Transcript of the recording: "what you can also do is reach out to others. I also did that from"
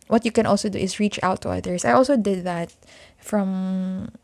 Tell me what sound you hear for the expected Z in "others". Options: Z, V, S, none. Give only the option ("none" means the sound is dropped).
S